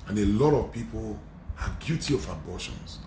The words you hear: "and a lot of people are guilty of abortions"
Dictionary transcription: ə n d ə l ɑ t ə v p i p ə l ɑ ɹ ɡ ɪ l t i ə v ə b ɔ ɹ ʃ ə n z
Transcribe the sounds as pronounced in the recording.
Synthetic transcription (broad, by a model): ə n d ə l ɑ t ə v p i p ə l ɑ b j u t i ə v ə b ɔ ʃ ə n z